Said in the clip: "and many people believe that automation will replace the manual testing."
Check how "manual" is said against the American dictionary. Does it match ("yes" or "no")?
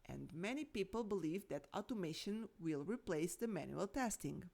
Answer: yes